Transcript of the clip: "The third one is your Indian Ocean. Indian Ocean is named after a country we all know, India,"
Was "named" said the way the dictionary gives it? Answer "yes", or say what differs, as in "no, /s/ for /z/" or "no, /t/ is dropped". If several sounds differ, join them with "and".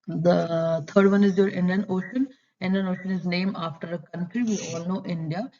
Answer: no, /d/ is dropped